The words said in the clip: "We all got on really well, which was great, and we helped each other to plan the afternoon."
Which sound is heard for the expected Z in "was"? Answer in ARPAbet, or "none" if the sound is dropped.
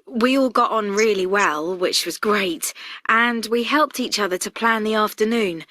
Z